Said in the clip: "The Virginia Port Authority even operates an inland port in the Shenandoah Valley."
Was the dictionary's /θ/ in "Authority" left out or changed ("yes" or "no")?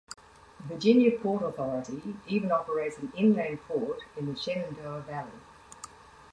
no